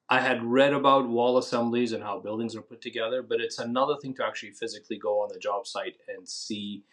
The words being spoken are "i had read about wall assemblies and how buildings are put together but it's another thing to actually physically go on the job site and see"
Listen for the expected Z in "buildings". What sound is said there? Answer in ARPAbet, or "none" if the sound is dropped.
Z